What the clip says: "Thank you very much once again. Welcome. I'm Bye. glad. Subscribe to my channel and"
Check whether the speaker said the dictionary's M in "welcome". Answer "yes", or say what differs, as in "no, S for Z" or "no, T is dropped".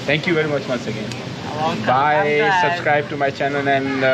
no, M is dropped